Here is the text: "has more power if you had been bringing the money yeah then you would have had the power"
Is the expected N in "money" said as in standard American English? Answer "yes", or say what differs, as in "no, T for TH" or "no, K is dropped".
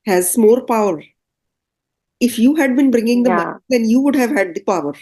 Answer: no, N is dropped